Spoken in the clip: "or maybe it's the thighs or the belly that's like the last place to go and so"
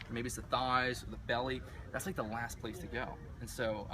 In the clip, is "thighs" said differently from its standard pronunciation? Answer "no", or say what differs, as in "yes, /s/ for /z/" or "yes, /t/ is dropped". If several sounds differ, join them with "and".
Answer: no